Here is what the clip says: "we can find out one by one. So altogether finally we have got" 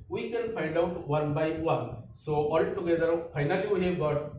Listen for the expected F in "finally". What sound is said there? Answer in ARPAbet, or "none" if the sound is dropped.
P